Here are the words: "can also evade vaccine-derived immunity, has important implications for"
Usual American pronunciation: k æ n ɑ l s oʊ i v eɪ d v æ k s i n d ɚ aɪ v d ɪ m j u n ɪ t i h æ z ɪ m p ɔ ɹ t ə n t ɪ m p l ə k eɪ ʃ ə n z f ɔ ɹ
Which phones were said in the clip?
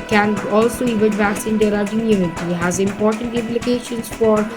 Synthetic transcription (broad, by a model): k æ n ɑ l s oʊ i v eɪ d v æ s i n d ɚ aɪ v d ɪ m j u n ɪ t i h æ z ɪ m p ɔ ɹ t ə n t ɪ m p l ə k eɪ ʃ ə n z f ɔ ɹ